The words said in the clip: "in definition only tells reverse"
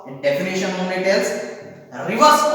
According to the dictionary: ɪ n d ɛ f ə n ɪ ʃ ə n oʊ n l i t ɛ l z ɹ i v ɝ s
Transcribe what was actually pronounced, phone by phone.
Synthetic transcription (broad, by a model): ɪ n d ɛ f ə n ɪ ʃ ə n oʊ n i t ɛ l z ɹ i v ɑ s